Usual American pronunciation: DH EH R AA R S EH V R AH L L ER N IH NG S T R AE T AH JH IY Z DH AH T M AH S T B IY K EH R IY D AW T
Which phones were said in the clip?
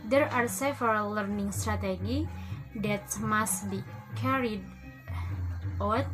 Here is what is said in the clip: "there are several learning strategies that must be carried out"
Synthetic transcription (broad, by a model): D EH R AA R S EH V AH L L ER N IH NG S T R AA T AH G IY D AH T M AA S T B IY K EH R IY D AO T